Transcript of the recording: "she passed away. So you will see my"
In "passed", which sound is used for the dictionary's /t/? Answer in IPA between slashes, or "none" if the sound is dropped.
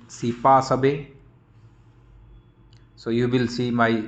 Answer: none